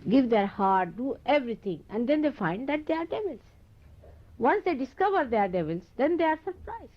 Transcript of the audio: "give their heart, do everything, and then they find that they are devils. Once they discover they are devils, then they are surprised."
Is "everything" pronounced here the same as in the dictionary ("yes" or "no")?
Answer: no